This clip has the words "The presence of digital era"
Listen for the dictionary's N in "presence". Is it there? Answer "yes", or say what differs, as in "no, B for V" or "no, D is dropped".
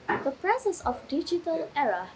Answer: no, N is dropped